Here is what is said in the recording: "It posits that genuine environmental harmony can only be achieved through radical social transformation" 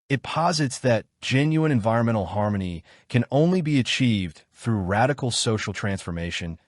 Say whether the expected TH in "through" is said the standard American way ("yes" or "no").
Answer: yes